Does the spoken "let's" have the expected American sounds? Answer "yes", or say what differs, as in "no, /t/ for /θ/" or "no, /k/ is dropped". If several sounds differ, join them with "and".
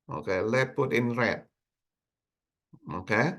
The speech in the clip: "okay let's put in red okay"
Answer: no, /s/ is dropped